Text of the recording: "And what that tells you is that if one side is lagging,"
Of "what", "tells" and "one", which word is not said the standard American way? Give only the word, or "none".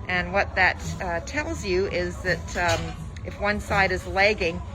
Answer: none